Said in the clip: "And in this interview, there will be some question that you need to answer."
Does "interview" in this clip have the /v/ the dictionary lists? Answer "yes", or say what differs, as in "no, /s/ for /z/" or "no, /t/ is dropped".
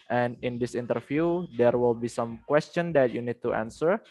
no, /f/ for /v/